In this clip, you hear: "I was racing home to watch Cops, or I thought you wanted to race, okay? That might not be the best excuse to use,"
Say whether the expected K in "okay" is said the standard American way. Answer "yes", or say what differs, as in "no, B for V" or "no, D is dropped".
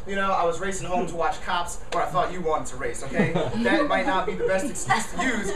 yes